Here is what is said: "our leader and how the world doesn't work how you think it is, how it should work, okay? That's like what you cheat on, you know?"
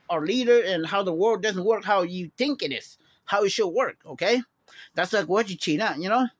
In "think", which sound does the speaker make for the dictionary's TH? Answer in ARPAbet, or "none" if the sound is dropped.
TH